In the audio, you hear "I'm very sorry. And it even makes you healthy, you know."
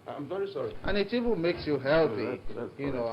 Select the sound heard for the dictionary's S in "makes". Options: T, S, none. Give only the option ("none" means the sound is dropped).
S